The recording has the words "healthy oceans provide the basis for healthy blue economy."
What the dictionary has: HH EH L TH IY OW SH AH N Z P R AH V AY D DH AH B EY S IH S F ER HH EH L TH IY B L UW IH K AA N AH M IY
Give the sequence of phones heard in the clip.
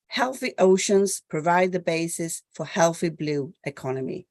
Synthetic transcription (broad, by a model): HH EH L TH IY OW SH AH N Z P R AH V AY D DH AH B EY S IH S F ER HH EH L TH IY B L UW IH K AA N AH M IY